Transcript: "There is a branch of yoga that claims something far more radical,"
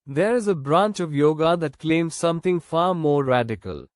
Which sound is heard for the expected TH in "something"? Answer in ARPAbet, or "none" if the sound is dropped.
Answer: T